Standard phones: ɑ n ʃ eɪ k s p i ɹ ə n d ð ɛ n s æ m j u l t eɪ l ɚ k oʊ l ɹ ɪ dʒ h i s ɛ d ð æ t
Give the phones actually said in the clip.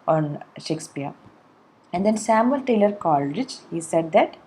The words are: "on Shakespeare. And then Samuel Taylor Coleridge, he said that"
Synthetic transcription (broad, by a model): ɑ n ʃ eɪ k s p i ɹ ə n d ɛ n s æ m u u l t eɪ l ɚ k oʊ l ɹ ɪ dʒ h i s ɛ d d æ t